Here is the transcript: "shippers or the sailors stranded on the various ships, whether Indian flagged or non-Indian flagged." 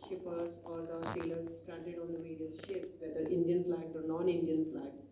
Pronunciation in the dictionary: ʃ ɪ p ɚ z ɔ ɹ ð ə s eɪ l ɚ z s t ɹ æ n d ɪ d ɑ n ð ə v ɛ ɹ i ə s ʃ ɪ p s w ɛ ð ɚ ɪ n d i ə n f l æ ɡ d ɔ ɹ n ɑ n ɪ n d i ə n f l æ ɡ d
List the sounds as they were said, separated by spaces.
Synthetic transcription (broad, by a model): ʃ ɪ p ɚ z ɔ ɹ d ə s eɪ l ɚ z s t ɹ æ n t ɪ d ɑ n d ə v ɛ ɹ i ə s ʃ ɪ p s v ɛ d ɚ ɪ n d i ə n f l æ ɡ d ɔ ɹ n ɑ n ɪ n d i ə n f l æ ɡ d